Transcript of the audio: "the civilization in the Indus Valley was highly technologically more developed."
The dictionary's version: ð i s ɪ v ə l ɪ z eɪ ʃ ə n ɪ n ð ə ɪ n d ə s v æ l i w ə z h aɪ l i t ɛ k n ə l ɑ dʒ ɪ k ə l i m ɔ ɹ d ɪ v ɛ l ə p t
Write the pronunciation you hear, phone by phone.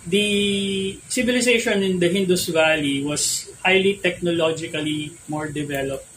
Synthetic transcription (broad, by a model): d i s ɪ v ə l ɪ s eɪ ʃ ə n ɪ n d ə ɪ n d ə s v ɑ l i w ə s h aɪ l i t ɛ k n ə l ɑ dʒ ɪ k ə l i m ɔ ɹ d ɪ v ɛ l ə p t